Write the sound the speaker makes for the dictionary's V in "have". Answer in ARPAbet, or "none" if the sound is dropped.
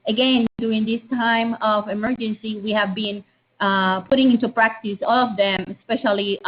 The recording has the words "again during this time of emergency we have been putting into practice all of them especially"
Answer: V